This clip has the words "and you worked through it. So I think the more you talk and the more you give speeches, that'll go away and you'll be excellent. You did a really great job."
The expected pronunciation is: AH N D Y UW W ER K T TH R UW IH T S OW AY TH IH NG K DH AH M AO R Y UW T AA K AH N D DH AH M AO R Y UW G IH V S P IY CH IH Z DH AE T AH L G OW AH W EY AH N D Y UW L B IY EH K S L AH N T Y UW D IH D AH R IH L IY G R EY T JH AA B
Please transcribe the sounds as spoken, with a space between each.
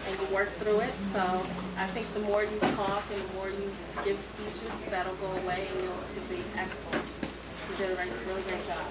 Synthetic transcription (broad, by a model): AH N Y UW W ER K TH R UW IH T S OW AY TH IH NG K DH AH M AO R Y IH T AA K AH N DH AH M AO R Y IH G IH V S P IY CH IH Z DH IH T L G OW AH W EY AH N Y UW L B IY EH K S L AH N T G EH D IH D AH R IH L IY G UH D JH AA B